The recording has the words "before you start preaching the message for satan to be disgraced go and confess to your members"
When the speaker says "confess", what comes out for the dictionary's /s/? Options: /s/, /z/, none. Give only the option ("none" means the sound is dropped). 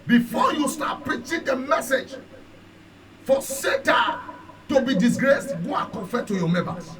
none